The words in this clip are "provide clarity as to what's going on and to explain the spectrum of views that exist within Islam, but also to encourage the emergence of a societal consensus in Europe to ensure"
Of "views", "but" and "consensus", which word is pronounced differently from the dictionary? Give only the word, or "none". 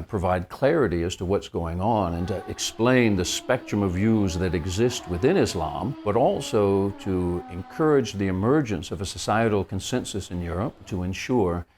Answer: none